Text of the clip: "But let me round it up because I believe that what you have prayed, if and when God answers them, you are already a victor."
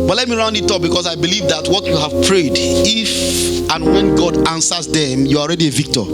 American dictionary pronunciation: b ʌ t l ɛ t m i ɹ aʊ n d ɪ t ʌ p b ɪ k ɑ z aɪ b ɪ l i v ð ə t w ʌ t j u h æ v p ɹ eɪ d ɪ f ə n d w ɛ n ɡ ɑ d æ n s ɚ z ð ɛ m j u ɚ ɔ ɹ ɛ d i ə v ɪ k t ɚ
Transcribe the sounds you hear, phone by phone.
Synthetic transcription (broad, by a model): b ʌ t l ɛ t m i ɹ aʊ n d ɪ t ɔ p b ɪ k ɑ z aɪ b ɪ l i v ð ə t w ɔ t j u h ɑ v p ɹ eɪ d ɪ f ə n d w ɛ n ɡ ɑ d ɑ n s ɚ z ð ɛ m j u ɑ ɔ ɹ ɛ d i ə v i k t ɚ